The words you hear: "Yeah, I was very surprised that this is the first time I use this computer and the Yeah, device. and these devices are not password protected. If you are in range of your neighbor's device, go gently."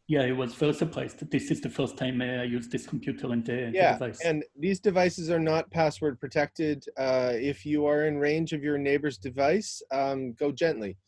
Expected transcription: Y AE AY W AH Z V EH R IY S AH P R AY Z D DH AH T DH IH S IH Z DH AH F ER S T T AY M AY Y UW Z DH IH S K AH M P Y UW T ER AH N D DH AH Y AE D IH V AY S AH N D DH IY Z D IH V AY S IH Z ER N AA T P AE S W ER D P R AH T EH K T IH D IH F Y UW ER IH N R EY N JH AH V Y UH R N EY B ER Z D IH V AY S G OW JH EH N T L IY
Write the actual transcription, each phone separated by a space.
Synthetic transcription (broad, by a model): Y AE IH W AH Z F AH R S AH P L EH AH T DH IH S IH Z DH AH F ER S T T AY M AY Y UW Z DH IH S K M P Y UW T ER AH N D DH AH Y AE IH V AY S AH N DH IY Z D IH V AY S IH Z ER N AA T P AE S W ER D P R AH T EH K T IH D IH F Y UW ER IH N R EY N JH AH V Y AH R N EY B ER Z D IH V AY S G OW JH EH N T L IY